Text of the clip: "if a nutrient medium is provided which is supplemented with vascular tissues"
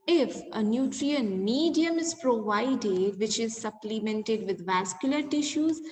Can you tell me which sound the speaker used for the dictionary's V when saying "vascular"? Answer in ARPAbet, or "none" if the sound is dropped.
V